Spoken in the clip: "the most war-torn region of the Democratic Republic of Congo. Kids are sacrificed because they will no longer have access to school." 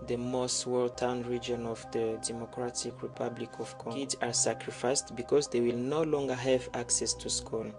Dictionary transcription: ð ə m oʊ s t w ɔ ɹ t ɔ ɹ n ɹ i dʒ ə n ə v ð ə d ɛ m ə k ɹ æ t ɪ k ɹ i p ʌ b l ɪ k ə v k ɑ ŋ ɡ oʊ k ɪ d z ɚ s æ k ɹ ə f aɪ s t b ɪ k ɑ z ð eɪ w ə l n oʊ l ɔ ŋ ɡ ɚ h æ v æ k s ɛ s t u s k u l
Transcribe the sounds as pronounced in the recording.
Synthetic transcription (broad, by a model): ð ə m oʊ s t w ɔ l t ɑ n ɹ i dʒ ə n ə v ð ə d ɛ m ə k ɹ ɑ t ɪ k ɹ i p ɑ b l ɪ k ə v k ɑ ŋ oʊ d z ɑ s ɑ k ɹ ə f aɪ s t b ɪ k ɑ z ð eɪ w ə l n oʊ l ɔ ŋ ɡ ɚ h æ v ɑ k s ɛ s t u s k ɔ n